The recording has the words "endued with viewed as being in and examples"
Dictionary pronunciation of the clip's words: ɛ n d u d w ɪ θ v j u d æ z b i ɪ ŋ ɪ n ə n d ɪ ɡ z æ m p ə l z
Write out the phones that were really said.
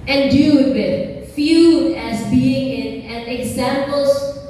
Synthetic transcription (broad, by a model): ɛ n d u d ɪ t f j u æ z b i ɪ ŋ ɪ n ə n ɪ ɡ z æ m p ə l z